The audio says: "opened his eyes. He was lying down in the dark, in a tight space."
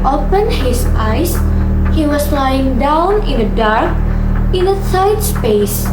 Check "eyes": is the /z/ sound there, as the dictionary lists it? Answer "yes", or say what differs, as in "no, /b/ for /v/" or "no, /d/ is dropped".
no, /s/ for /z/